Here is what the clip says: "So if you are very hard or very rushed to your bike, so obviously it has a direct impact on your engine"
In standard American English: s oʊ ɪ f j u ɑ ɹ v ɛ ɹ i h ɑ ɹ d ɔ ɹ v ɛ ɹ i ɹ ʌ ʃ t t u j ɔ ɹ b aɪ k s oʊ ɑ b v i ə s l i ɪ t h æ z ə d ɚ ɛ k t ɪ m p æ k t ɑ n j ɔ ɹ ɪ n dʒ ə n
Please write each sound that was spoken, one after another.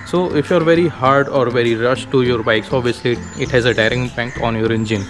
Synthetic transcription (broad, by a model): s oʊ ɪ f j u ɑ ɹ v ɛ ɹ i h ɑ ɹ d ɔ ɹ v ɛ ɹ i ɹ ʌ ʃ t t u j ɔ ɹ b aɪ k s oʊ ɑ v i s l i ɪ t h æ z ə d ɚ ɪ t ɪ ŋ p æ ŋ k ɑ n j ɔ ɹ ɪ n dʒ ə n